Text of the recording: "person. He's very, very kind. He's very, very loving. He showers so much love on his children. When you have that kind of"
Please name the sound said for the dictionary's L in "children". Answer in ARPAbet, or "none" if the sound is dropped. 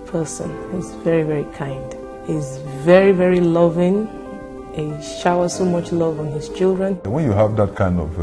L